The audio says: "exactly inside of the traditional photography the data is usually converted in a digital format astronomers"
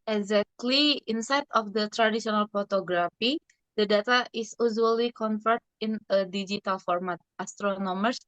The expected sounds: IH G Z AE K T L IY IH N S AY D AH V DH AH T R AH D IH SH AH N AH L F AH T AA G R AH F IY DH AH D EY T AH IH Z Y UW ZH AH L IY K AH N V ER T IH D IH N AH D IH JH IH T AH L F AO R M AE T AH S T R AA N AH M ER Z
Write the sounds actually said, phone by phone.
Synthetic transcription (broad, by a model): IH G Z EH K T L IY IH N S AY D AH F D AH T R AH D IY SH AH N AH L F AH T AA G R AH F IY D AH D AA T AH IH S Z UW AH L IY K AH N F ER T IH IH N AH D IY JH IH T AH L F AO R M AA T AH S T R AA N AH M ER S